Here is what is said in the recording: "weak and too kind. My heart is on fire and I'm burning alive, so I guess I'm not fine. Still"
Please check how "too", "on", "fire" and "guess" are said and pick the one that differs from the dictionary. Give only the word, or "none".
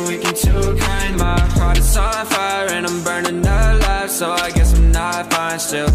on